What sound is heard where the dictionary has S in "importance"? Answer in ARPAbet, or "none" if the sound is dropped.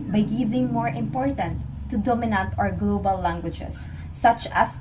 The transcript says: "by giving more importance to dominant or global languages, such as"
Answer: none